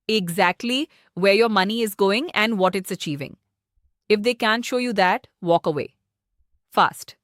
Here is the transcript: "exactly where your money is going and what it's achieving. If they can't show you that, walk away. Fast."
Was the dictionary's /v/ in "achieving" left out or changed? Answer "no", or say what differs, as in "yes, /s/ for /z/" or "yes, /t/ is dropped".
no